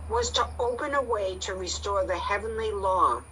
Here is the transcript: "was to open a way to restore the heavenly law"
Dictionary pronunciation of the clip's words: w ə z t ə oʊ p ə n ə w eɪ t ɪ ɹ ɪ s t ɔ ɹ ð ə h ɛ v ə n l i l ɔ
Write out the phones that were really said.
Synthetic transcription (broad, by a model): w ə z t ə oʊ p ə n ə w eɪ t ɪ ɹ ɪ s t ɔ ɹ ð ə h ɛ v ə n l i l ɔ